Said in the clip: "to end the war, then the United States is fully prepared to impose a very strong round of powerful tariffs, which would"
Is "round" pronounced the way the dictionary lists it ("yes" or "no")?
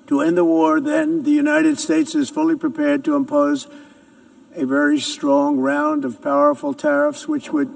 yes